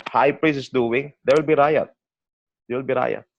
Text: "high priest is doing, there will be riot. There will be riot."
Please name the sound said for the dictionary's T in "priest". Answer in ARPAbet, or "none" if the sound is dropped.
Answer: none